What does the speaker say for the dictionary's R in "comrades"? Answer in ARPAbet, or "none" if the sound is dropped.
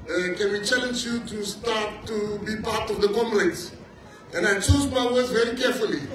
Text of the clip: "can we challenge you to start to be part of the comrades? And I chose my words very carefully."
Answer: L